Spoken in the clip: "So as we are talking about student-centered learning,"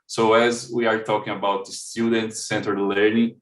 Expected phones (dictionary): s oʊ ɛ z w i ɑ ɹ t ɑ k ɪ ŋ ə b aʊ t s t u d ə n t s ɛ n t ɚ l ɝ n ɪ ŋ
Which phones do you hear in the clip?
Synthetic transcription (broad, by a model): s oʊ ɛ z w i ɑ ɹ t ɑ k ɪ ŋ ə b aʊ t s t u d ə n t s ɛ n t ɚ l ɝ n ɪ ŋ